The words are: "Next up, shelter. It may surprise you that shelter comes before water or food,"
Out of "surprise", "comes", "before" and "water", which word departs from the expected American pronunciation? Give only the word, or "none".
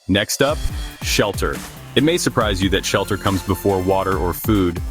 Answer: none